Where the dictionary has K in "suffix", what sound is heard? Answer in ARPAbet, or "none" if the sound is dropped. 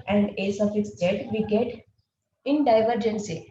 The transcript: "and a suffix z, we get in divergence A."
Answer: none